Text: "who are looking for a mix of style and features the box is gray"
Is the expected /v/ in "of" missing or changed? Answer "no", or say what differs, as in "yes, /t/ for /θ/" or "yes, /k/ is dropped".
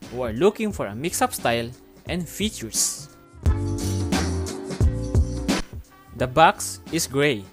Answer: yes, /p/ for /v/